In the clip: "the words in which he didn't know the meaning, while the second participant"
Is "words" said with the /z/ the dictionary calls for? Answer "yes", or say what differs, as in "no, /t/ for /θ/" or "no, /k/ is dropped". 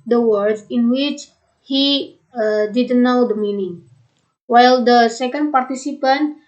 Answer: no, /z/ is dropped